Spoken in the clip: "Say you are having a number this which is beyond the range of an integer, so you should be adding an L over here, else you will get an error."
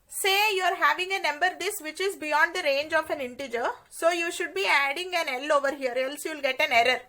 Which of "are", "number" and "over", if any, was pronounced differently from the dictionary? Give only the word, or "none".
none